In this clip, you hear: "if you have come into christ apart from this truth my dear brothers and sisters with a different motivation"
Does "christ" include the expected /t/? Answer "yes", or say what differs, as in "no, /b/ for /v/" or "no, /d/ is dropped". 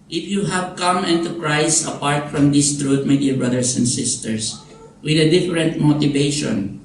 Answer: no, /t/ is dropped